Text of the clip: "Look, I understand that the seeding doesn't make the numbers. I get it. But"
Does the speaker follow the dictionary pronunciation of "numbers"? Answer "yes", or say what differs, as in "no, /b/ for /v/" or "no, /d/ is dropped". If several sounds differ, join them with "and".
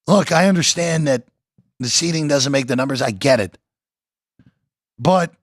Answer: yes